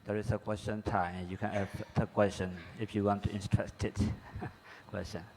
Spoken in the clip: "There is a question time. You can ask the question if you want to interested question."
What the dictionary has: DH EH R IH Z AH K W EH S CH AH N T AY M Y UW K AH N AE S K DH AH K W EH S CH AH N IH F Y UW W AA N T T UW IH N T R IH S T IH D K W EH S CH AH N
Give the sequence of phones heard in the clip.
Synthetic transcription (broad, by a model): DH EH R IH S AH K W EH S CH AH N T AY M Y UW K AH N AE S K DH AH K W EH S CH AH N IH F Y UW W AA N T T UW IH N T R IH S T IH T K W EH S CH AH N